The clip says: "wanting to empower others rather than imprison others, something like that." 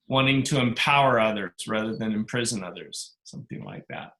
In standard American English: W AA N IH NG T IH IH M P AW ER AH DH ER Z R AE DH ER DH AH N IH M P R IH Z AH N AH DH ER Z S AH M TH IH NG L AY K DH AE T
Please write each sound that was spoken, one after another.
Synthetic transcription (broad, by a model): W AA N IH NG T IH IH M P AW ER AH DH ER Z R AE DH ER DH AH N IH M P R IH Z AH N AH DH ER Z S AH M TH IH NG L AY K DH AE T